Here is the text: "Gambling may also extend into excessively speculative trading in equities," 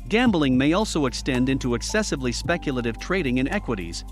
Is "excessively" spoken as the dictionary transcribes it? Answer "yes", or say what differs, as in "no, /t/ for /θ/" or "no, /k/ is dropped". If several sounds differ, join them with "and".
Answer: yes